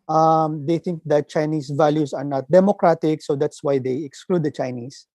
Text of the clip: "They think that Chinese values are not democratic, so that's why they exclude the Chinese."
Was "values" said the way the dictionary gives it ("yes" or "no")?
no